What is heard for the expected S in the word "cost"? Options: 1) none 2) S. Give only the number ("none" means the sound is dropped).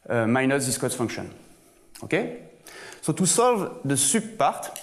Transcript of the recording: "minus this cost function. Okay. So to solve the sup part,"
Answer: 1